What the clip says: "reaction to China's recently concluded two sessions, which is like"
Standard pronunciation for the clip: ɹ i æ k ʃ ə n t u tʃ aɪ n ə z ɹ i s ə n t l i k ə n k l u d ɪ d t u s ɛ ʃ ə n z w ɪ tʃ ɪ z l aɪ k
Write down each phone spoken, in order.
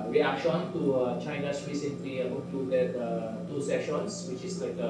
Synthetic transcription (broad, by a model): ɹ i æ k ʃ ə n t u tʃ aɪ n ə s ɹ i s ə n t l i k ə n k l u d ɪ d t u s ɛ ʃ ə n s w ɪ tʃ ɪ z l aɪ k